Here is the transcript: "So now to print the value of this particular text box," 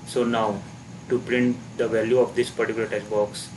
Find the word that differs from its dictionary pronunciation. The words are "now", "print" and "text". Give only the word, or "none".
text